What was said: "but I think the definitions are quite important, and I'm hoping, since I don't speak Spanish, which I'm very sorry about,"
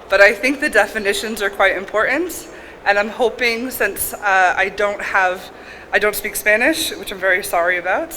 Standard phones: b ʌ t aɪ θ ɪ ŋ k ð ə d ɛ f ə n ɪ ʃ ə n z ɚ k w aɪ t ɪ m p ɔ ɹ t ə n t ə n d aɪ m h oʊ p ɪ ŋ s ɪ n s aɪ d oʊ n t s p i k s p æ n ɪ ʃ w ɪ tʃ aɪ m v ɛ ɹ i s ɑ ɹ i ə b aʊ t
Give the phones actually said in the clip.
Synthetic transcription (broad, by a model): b ʌ t aɪ θ ɪ ŋ k ð ə d ɛ f ə n ɪ ʃ ə n z ɚ k w aɪ t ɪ m p ɔ ɹ t n t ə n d aɪ m h oʊ p ɪ ŋ s ɪ n s aɪ d oʊ n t s p i k s p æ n ɪ ʃ w ɪ tʃ aɪ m v ɛ ɹ i s ɑ ɹ i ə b aʊ t